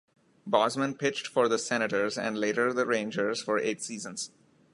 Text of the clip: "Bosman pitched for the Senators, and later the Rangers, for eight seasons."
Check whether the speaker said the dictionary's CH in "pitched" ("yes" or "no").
yes